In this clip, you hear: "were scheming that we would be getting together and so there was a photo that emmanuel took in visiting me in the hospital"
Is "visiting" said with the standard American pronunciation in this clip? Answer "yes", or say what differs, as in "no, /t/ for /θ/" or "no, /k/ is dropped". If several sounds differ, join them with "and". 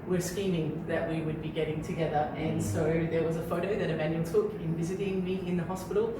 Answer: yes